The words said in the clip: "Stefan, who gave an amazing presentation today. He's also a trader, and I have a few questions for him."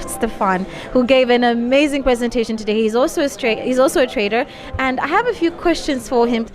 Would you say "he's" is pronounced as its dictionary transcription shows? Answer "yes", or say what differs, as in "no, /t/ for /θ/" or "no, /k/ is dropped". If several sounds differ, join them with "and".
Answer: yes